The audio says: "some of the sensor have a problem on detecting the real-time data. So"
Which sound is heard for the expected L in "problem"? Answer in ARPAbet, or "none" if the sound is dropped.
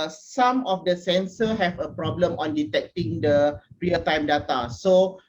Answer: L